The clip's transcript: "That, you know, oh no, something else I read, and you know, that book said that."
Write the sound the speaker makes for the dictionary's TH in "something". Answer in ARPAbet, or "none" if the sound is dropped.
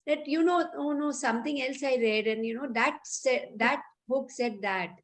T